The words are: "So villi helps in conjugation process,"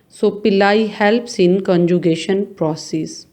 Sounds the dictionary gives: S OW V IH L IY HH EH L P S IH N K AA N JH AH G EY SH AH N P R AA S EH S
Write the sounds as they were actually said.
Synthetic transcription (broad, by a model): S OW P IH L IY HH EH L P S IH N K AA N JH AH G EY SH AH N P R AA S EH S